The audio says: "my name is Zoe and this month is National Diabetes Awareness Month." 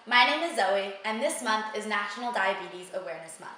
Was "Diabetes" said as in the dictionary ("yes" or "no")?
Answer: yes